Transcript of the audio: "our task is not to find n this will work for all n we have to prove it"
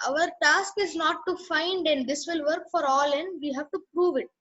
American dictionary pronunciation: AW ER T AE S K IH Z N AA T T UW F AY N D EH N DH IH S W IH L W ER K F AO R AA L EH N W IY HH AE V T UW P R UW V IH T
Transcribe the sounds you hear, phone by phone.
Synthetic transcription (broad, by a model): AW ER T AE S K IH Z N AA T T UW F AY N D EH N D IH S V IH L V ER K F AO R AA L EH N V IY HH AE V T UW P R UW V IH T